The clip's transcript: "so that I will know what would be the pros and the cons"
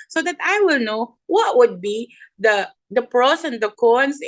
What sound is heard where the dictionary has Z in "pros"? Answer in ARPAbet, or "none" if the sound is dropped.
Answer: S